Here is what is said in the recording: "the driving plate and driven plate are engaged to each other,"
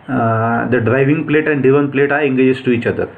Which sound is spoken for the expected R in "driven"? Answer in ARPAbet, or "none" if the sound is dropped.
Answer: none